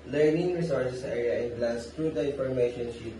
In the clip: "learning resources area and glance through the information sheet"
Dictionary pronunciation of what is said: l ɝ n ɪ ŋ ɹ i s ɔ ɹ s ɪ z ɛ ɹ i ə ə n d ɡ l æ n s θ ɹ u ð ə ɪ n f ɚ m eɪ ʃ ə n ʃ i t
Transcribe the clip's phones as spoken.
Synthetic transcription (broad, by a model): l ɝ n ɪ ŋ ɹ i s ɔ ɹ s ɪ s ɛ ɹ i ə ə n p l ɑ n s t ɹ u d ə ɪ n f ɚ m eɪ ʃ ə n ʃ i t